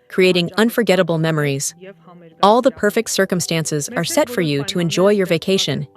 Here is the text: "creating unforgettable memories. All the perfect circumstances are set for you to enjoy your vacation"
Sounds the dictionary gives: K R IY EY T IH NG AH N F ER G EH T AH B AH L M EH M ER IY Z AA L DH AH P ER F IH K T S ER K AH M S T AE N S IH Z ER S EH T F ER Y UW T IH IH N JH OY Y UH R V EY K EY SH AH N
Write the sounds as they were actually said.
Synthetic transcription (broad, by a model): K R IY EY T IH NG AH N F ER G EH T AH B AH L M EH M ER IY Z AA L DH AH P ER F IH K T S ER K AH M S T AE N S IH Z ER S EH T F ER Y UW T IH IH N JH OY Y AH R V EY K EY SH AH N